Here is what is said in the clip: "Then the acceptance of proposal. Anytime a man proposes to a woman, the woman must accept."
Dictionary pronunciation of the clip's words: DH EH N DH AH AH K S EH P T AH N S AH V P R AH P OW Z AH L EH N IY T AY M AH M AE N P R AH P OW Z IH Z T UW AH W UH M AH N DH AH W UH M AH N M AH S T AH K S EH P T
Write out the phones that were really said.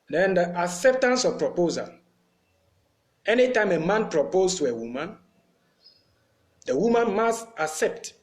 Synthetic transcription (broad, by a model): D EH N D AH AH K S EH P T AH N S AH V P R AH P OW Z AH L EH N IY T AY M AH M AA N P R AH P OW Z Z T UW AH W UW M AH N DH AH W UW M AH N M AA S T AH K S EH P T